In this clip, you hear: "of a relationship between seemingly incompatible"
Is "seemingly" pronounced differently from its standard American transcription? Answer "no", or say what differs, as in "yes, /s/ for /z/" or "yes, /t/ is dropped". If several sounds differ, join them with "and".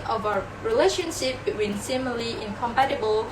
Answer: yes, /ŋ/ is dropped